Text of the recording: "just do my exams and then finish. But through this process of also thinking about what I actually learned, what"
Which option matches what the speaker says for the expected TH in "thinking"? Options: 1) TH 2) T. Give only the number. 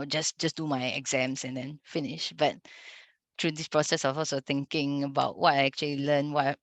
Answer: 2